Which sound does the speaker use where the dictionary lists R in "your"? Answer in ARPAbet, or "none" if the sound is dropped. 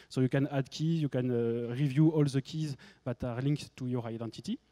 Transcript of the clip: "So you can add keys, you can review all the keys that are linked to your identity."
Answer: R